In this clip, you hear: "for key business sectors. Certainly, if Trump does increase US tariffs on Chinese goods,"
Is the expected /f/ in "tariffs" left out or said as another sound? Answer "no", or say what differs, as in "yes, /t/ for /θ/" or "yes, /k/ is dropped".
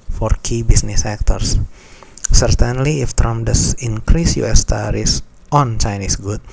yes, /f/ is dropped